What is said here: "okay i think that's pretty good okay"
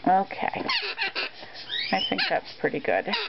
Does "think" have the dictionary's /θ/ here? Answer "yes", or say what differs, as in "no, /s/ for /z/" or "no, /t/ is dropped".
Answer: yes